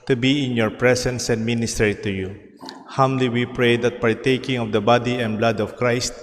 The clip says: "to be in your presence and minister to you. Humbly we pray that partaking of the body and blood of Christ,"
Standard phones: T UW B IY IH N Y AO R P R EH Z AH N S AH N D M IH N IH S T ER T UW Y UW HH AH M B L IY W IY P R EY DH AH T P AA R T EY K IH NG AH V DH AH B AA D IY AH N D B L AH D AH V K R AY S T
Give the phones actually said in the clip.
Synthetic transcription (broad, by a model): T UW B IY IH N Y AO R P R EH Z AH N S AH N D M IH N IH S T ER T UW Y UW HH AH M L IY W IY P R EY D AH T P AA R T EY K IH NG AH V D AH B AA D IY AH N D B L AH D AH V K R AY S T